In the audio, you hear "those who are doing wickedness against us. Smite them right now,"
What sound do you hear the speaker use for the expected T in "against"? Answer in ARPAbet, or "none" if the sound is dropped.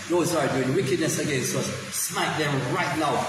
none